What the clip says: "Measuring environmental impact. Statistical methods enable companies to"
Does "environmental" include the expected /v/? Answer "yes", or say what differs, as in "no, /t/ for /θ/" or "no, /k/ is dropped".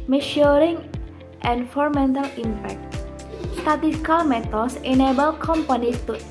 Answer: no, /f/ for /v/